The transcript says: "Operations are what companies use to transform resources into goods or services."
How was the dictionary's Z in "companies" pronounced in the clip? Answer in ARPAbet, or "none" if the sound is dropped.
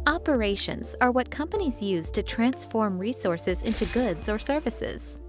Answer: Z